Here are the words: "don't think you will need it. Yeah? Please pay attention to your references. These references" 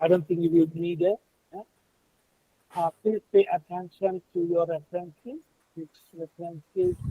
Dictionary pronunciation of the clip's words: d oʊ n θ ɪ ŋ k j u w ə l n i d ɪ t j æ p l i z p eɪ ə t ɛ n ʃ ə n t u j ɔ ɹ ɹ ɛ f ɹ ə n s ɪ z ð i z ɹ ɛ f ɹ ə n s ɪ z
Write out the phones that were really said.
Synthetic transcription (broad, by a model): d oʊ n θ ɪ ŋ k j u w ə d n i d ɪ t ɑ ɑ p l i p eɪ ə t ɛ n ʃ ə n t u j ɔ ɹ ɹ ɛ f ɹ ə n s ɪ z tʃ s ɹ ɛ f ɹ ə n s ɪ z